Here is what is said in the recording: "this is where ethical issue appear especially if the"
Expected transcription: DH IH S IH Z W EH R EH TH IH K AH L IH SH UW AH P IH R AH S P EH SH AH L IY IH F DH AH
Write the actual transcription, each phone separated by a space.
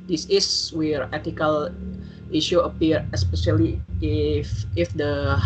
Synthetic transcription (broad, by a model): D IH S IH S W EH R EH T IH K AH L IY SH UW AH P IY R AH S P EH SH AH L IY IH F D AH